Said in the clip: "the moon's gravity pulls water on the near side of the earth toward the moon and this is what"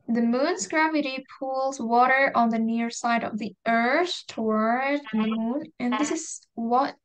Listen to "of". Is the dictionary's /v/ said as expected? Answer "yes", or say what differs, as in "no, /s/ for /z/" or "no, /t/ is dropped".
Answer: yes